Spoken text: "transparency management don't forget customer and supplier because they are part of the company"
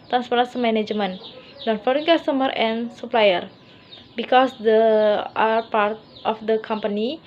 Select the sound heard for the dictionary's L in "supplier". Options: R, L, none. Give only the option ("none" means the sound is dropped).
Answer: L